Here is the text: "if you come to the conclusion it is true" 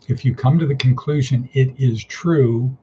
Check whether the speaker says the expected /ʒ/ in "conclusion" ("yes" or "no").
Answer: yes